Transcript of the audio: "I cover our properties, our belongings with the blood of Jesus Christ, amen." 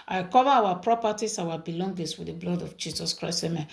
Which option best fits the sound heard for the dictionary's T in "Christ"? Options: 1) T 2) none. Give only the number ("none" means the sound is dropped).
2